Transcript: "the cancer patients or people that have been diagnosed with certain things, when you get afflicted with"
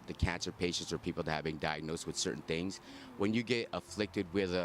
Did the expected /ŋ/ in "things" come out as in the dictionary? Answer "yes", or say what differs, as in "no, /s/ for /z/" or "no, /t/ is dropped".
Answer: yes